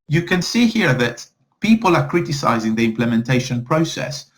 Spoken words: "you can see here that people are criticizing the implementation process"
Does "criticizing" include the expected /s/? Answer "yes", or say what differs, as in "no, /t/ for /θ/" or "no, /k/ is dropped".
yes